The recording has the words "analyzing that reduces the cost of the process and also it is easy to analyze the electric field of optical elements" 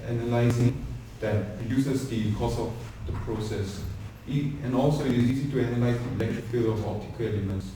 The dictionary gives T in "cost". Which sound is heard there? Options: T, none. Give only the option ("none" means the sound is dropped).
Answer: none